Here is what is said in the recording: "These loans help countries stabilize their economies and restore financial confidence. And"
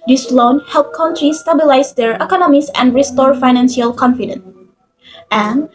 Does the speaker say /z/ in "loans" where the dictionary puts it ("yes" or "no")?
no